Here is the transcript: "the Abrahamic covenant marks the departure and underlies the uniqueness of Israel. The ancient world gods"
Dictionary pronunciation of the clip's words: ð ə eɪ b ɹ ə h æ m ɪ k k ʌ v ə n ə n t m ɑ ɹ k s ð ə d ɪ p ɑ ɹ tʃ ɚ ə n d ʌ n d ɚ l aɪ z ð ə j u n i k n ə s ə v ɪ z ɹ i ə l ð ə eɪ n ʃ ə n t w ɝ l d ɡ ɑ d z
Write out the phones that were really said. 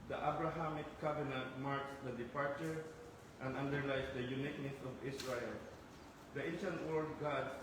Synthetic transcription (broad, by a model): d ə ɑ b ɹ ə h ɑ m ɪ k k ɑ b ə n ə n t m ɑ ɹ k s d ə d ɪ p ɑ ɹ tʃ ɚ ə n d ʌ n d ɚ l aɪ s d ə j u n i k n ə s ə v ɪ s ɹ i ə l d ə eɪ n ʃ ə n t w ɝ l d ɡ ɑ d